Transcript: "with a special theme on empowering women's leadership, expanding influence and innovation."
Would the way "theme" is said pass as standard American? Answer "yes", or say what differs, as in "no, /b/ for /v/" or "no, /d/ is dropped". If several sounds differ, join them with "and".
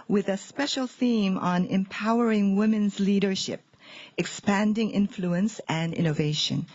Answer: yes